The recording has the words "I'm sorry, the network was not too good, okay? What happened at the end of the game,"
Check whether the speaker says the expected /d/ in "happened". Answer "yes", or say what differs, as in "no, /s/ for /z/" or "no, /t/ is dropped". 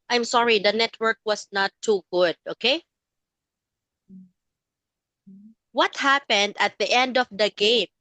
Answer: yes